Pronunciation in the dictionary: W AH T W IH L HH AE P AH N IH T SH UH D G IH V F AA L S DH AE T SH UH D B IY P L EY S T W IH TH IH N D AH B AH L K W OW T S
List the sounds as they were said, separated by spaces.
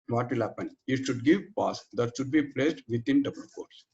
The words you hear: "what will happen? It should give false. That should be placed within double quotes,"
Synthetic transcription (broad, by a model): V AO T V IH L HH AE P AH N IH T SH UH D G IH V P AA S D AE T SH UH D B IY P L EY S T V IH T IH N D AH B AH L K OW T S